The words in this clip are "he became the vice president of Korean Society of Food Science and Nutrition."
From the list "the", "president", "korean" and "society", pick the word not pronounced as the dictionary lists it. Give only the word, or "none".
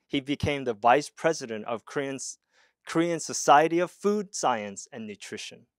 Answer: none